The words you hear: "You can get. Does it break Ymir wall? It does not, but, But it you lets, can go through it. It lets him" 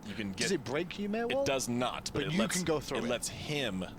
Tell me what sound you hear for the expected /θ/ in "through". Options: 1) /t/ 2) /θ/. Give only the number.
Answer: 2